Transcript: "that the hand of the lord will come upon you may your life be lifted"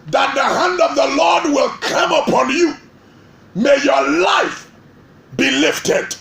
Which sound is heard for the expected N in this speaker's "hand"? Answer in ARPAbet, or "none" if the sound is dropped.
N